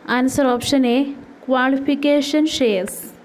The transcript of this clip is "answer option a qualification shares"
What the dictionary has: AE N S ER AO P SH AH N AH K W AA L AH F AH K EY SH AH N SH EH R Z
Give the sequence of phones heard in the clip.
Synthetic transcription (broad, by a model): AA N S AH AO P SH AH N AH K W AA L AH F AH K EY SH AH N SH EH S